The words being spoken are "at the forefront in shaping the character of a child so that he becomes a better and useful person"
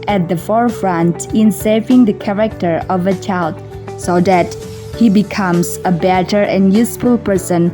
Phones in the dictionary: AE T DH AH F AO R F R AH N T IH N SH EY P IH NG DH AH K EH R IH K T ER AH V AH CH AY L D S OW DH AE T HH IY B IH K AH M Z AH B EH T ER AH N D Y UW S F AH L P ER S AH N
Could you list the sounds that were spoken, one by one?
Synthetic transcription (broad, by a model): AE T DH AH F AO R F R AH N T IH N S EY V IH NG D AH K EH R IH K T ER AH V AH CH AY L D S OW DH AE T HH IY B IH K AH M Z AH B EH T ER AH N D Y UW S F AH L P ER S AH N